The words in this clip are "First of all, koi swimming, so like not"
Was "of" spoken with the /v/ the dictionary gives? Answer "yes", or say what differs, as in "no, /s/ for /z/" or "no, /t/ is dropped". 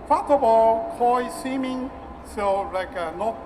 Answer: no, /b/ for /v/